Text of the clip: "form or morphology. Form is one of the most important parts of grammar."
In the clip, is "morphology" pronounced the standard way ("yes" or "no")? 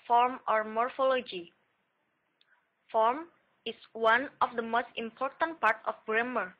yes